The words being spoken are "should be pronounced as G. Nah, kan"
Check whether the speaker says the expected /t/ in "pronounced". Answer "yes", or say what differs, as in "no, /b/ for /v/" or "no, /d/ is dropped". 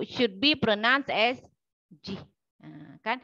no, /t/ is dropped